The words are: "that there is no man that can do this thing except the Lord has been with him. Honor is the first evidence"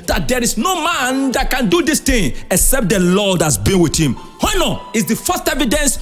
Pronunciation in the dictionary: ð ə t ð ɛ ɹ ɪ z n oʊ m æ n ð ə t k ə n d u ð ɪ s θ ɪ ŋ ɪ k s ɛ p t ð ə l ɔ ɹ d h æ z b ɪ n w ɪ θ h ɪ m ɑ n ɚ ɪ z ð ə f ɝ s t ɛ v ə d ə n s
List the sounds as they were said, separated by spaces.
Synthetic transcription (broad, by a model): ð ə t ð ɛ ɹ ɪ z n oʊ m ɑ n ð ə t k ə n d u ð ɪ s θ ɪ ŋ ɪ k s ɛ p t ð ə l ɔ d h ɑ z b ɪ n w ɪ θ h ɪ m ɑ n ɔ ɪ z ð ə f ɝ s t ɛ v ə d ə n s